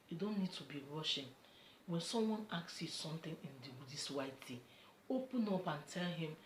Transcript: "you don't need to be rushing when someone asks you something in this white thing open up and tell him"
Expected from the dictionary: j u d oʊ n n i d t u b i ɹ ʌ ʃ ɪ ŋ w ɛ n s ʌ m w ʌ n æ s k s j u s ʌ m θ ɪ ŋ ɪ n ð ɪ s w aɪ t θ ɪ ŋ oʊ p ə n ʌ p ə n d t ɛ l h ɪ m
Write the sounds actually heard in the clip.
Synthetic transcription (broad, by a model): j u d oʊ n n i d t u b i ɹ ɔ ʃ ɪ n w ɛ n s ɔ m w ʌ n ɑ k s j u s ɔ m t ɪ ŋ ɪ n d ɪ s w aɪ t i oʊ p ə n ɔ p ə n t ɛ l h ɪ m